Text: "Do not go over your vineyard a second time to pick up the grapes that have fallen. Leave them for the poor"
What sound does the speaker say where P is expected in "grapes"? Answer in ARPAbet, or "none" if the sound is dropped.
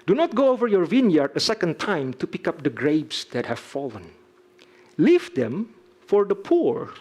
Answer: B